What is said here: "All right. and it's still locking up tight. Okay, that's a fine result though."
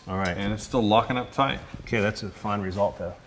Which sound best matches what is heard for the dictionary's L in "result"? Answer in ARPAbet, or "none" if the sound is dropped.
L